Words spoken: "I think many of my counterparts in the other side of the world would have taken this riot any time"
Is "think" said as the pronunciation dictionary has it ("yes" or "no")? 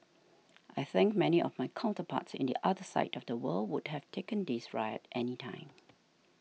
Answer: yes